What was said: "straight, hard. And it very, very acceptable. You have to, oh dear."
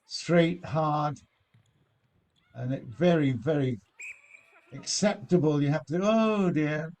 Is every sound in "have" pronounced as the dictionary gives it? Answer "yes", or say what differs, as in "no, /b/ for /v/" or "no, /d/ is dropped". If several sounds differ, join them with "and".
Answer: no, /f/ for /v/